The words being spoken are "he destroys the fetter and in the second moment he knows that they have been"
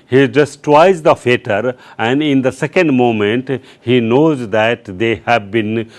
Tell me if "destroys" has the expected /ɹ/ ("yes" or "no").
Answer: no